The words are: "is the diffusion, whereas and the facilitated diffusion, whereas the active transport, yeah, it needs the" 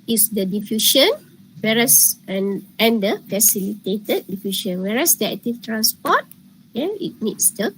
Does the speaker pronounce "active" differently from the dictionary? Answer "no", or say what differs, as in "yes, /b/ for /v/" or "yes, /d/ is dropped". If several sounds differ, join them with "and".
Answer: yes, /f/ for /v/